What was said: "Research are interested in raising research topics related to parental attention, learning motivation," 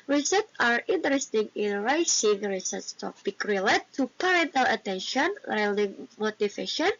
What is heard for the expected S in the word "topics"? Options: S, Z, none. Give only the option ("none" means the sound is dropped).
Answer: none